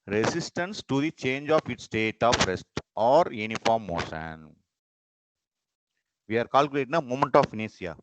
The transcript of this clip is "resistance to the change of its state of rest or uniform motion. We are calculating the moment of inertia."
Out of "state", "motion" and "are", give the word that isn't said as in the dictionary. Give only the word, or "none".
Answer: motion